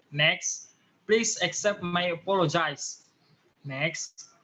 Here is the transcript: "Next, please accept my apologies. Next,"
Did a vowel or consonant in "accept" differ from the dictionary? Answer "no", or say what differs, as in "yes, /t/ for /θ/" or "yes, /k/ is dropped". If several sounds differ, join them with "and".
no